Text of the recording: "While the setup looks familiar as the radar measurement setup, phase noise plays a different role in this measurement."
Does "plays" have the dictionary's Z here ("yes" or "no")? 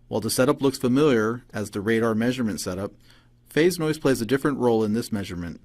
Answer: yes